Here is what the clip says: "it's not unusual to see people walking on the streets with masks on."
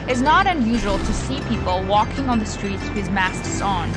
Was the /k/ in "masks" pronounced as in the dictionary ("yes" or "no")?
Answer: no